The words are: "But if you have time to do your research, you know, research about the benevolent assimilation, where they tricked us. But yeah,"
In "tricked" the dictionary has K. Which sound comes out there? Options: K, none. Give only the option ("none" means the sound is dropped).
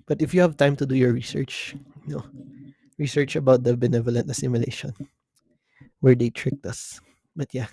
K